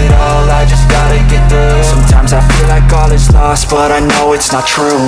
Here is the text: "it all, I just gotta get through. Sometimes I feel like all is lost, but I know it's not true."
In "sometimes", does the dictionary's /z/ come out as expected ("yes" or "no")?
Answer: yes